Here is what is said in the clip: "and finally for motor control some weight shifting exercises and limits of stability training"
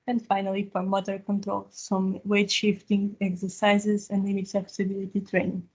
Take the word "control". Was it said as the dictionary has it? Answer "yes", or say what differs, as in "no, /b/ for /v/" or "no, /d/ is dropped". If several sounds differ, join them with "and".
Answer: yes